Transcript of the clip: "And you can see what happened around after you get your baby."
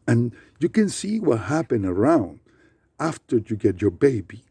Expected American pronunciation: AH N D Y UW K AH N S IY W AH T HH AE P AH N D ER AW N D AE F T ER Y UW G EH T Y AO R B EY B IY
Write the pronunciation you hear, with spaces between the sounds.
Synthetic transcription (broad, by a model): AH N Y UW K AH N S IY W AH T HH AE P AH N ER AW N D AE F T ER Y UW G EH T Y AO R B EY B IY